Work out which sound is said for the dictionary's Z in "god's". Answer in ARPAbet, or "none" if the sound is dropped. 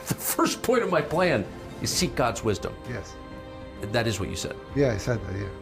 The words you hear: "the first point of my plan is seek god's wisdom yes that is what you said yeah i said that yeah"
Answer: Z